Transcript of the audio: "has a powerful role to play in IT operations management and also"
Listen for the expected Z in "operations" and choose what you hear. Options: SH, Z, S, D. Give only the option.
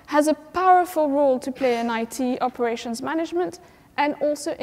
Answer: Z